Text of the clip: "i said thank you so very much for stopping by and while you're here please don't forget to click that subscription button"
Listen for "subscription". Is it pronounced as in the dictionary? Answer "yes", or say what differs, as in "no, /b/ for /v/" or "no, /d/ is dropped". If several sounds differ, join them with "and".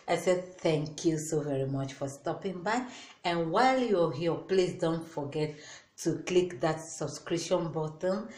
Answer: no, /p/ is dropped